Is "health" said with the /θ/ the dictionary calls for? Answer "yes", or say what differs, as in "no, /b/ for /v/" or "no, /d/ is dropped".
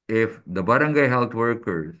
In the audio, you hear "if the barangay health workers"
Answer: no, /t/ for /θ/